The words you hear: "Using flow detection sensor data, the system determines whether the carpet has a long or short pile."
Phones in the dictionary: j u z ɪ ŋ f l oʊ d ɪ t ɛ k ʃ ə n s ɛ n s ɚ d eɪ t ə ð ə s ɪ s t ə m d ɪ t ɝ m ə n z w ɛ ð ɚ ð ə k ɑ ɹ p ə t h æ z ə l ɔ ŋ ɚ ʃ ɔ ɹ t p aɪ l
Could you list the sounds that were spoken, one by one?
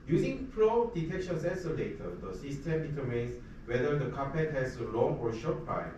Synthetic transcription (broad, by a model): j u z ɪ ŋ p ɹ oʊ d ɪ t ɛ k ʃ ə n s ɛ s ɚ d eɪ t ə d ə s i s t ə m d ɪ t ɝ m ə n s w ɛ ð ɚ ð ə k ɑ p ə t h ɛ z ə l ɔ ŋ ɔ ʃ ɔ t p aɪ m